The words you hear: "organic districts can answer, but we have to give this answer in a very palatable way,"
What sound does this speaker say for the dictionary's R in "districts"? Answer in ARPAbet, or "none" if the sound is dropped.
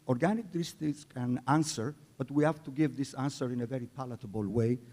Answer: none